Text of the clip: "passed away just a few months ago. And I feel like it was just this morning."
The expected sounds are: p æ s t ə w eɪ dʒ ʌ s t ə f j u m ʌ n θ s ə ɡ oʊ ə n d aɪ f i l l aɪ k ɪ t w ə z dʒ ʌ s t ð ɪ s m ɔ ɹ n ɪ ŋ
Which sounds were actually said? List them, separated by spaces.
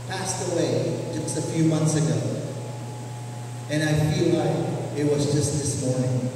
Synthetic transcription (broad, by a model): p æ s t ə w eɪ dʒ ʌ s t ə f j u m ʌ n θ s ə ɡ oʊ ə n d aɪ f i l l aɪ k ɪ t w ə z dʒ ʌ s t ð ɪ s m ɔ ɹ n ɪ ŋ